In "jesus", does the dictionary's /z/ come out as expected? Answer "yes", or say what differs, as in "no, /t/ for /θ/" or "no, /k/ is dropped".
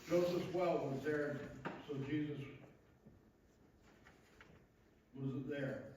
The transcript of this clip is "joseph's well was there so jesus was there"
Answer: yes